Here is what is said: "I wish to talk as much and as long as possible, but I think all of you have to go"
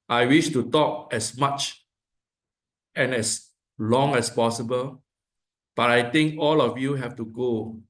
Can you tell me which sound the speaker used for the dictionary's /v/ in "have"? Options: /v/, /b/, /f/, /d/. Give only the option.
/f/